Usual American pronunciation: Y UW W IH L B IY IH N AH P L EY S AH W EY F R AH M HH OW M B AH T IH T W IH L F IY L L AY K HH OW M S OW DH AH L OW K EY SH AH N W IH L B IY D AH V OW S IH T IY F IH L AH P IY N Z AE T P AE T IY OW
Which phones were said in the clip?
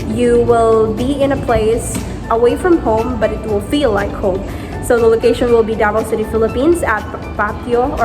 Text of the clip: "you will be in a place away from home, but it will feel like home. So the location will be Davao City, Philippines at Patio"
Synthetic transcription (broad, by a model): Y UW W IH L B IY IH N AH P L EY S AH W EY F R AH M HH OW M B AH T IH T W IH L F IY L L AY K HH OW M S OW DH AH L OW K EY SH AH N W IH L B IY D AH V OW S IH T IY F IH L AH P IY N Z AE T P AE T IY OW